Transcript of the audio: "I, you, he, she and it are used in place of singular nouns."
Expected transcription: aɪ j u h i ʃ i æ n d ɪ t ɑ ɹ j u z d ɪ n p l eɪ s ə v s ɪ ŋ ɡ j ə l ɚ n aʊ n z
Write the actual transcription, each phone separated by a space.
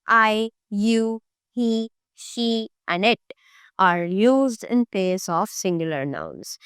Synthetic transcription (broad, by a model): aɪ j u h i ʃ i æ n d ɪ t ɑ ɹ j u z d ɪ n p eɪ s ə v s ɪ ŋ ɡ j ə l ɚ n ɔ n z